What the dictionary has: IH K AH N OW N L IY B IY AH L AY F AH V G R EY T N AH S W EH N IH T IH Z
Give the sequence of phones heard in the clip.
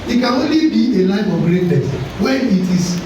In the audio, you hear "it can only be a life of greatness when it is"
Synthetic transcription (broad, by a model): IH K AH N OW N L IY B IY AH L AY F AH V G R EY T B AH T W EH IH T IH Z